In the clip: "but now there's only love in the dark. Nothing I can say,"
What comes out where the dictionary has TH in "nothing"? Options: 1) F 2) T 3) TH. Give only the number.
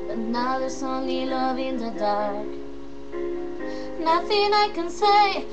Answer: 3